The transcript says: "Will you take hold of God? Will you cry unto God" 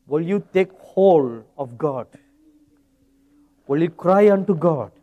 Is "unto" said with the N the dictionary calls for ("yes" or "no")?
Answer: yes